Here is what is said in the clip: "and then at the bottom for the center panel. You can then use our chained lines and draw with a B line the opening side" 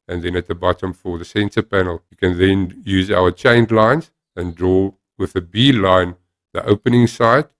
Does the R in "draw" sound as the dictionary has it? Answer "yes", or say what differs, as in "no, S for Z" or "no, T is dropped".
yes